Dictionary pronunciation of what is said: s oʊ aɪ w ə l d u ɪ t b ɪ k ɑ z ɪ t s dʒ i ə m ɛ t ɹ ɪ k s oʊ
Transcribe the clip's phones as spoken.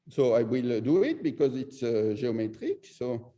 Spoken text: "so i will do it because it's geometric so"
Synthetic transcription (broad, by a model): s oʊ aɪ w ə l d u ɪ t b ɪ k ɑ z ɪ t s ʒ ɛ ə m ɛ t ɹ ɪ k s oʊ